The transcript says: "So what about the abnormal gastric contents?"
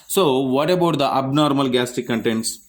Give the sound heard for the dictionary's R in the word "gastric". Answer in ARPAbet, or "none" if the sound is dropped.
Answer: none